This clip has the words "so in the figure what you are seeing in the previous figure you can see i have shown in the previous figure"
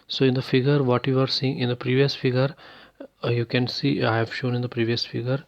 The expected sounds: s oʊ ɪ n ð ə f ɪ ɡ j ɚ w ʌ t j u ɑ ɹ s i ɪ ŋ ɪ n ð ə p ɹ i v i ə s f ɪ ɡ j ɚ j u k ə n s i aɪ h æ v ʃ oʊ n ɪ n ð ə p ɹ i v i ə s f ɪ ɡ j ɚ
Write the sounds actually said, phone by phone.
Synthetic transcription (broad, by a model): s oʊ ɪ n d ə f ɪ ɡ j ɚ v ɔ t j u ɑ ɹ s i ɪ ŋ ɪ n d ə p ɹ i v i ə s f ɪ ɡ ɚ j u k ə n s i aɪ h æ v ʃ oʊ n ɪ n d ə p ɹ i v i ə s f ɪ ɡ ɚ